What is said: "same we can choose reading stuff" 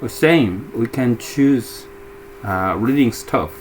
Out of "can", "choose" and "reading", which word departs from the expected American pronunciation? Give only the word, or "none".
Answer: none